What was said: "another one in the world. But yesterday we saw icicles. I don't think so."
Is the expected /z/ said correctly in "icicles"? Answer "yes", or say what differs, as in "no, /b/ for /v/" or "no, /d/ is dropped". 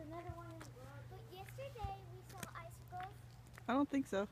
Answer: no, /z/ is dropped